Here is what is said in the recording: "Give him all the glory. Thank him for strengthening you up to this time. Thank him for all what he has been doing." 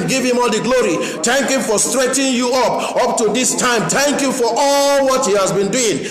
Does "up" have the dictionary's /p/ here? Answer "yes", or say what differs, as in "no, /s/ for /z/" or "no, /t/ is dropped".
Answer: yes